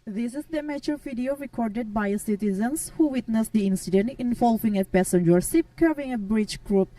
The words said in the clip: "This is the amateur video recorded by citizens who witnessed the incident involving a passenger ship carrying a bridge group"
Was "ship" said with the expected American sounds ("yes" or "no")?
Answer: no